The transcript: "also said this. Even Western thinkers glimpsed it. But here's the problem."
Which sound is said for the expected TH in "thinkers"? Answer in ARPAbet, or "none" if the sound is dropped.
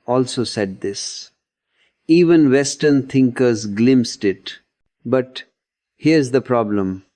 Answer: T